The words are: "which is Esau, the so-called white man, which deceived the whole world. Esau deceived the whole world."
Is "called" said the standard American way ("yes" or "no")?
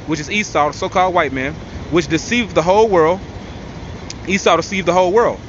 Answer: yes